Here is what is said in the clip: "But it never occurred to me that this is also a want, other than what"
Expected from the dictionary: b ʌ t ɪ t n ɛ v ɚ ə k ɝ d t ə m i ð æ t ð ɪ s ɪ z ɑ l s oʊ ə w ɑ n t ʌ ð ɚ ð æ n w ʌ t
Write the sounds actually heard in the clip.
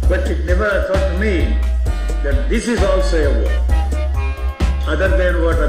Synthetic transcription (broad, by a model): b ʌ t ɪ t n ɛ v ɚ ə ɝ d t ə m i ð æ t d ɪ s ɪ z ɑ l s oʊ ə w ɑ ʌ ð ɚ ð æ n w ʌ t